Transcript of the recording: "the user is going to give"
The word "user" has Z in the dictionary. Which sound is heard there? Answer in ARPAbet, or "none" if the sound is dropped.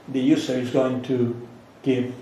S